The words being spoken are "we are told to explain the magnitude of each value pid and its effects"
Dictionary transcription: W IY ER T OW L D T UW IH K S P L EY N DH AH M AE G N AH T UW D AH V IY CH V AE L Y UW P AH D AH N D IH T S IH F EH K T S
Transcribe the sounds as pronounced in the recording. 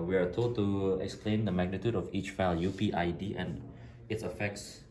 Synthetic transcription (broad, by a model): W IY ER T OW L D T UW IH K S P L EY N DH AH M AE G N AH T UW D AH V IY CH F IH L Y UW P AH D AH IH D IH T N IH F EH K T S